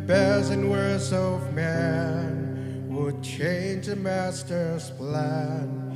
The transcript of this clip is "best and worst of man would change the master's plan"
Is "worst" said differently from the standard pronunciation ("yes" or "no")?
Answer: yes